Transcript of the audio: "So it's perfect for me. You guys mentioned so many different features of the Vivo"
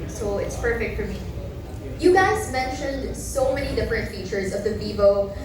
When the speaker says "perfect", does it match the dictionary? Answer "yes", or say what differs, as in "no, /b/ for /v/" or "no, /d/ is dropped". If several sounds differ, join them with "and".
yes